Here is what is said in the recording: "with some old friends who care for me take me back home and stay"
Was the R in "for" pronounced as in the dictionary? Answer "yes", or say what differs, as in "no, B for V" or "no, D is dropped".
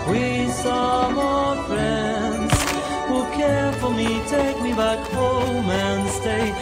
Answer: no, L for R